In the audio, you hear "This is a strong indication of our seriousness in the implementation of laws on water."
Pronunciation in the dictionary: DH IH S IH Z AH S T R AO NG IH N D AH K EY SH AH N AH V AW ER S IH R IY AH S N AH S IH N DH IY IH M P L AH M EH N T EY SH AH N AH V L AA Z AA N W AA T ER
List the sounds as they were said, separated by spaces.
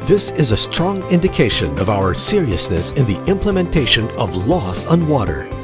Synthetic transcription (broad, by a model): DH IH S IH Z AH S T R AO NG IH N D AH K EY SH AH N AH V AW ER S IH R IY AH S N AH S IH N DH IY IH M P L AH M EH N T EY SH AH N AH V L AA S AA N W AA T ER